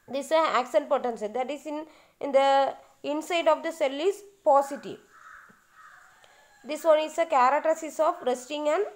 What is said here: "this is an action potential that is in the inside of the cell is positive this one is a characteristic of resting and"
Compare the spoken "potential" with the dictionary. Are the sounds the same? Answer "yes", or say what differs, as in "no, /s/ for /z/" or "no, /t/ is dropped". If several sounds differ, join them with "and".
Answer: no, /s/ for /ʃ/